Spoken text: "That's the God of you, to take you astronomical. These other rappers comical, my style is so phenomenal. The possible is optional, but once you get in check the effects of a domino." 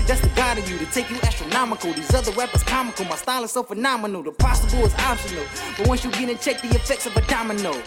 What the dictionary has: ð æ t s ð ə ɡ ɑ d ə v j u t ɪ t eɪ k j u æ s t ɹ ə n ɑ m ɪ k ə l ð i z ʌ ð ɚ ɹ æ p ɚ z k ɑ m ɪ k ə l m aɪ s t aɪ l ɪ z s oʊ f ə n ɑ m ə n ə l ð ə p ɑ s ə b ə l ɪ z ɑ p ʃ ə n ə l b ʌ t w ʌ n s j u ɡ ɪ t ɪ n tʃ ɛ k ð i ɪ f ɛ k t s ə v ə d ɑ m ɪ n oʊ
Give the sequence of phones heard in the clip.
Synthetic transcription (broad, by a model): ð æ t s ð ə ɡ ɑ d ə v j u t ɪ t eɪ k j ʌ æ s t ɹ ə n ɑ m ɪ k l ð i z ʌ ð ɚ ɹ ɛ p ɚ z k ɑ m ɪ k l m aɪ s t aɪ l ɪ s oʊ f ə n ɑ m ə n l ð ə p ɑ s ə b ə l ɪ z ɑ b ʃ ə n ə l b ʌ t w ʌ n s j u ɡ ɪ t ɪ n tʃ ɛ k ð i ɪ f ɛ k t s ə v ə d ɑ m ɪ n oʊ